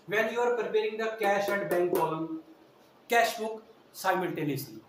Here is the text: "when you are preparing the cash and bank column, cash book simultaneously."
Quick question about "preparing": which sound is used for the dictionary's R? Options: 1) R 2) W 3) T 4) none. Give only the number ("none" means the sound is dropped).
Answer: 1